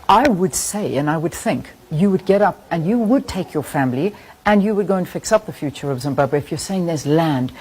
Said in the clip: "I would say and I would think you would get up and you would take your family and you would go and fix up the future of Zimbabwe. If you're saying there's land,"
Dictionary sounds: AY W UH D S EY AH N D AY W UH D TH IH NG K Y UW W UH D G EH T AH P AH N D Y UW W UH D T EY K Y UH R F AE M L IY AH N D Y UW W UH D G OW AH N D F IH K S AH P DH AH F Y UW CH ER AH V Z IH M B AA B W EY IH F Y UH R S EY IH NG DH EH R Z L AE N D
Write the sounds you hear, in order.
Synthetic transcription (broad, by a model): AY W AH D S EY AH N AY W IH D TH IH NG K Y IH W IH D G EH T AH P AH N Y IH W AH D T EY K Y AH R F AE M L IY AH N Y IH W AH D G OW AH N F IH K S AH P DH AH F Y UW CH ER AH V Z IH M B AA B W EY IH F Y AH R S EY IH NG DH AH R Z L AE N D